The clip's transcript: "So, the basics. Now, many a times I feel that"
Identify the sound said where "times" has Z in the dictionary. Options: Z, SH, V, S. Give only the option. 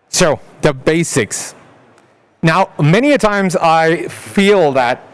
Z